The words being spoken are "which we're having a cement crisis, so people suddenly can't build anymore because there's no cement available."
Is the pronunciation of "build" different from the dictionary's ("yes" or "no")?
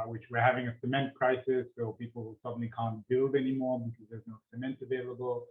no